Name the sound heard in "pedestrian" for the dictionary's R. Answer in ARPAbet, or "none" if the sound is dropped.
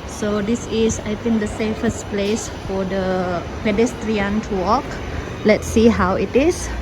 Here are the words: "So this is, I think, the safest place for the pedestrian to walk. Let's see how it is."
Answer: R